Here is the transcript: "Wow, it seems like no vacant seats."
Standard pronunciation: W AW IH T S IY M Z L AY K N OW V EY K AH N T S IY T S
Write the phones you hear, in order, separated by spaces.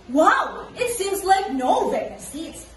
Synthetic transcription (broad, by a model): W AW IH T S IY M Z L AY K N OW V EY AH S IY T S